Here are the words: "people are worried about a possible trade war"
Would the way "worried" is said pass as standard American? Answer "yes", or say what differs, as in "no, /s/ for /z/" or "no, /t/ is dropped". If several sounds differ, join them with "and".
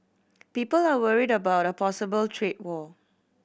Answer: yes